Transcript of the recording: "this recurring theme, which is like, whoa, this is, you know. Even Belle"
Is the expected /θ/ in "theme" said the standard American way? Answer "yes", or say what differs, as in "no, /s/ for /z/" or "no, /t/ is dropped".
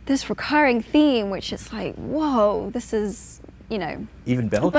yes